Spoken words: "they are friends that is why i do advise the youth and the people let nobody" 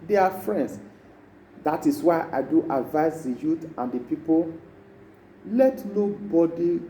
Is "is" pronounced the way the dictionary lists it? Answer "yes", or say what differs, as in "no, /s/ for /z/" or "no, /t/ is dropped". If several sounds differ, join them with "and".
no, /s/ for /z/